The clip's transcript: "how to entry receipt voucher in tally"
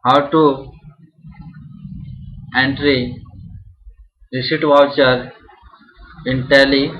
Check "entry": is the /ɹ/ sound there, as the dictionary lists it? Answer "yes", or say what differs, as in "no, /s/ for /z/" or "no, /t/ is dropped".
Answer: yes